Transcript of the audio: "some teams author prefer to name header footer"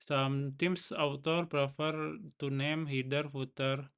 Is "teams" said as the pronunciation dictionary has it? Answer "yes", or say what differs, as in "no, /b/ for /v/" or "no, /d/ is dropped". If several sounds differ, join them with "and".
no, /s/ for /z/